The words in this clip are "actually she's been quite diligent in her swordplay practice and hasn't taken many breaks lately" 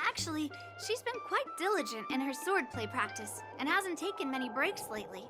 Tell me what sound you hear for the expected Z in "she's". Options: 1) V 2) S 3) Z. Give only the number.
3